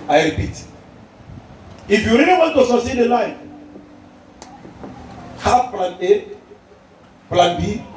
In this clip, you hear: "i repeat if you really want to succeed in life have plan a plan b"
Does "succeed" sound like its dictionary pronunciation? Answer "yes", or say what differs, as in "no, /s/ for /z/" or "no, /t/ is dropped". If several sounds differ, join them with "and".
no, /k/ is dropped